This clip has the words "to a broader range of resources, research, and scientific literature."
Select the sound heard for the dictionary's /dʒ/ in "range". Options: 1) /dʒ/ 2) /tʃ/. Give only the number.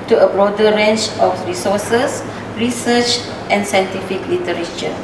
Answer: 2